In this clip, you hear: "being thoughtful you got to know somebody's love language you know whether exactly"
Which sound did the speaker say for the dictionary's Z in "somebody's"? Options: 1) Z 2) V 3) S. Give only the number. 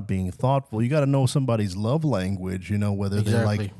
1